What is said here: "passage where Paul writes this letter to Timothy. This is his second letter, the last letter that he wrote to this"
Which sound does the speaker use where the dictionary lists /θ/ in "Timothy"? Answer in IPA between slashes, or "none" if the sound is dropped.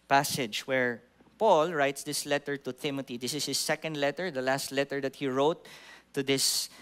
/t/